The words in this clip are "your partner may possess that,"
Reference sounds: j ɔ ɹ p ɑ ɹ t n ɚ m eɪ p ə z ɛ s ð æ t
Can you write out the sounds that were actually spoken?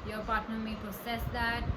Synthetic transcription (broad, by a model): j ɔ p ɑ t n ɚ m eɪ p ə s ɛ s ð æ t